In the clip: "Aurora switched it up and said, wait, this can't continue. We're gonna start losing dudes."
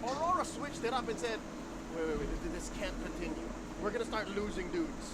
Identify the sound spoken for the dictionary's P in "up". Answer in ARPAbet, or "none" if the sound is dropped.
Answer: B